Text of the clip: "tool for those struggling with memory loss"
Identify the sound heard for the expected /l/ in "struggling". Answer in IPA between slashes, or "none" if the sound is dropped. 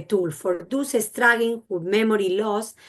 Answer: none